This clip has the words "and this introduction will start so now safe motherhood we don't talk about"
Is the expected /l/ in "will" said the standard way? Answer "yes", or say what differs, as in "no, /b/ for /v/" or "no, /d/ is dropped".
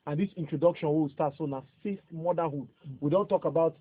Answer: no, /w/ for /l/